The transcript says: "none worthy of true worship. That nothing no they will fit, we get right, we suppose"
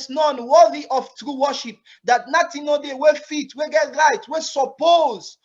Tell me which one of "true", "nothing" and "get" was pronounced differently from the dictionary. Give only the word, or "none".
nothing